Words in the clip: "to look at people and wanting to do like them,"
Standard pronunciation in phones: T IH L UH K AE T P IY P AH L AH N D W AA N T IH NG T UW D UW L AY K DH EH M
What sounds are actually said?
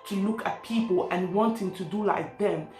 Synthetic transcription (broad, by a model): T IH L UH K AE T P IY P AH L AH N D W AA N T IH NG T UW D UW L AY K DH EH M